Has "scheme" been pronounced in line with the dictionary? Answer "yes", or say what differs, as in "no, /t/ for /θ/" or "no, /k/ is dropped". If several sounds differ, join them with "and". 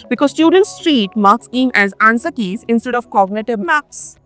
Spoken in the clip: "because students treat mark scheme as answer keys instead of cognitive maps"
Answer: no, /k/ is dropped